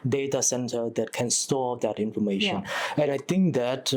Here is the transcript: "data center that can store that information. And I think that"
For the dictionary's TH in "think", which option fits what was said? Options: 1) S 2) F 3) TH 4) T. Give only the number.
4